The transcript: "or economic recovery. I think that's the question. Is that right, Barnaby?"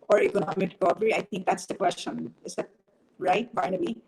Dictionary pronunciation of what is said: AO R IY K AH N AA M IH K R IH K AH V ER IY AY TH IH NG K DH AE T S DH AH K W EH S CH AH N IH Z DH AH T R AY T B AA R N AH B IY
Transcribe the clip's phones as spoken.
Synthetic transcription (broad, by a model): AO R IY K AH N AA M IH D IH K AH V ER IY AY T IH NG K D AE T S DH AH K W EH S CH AH N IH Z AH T R AY T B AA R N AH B IY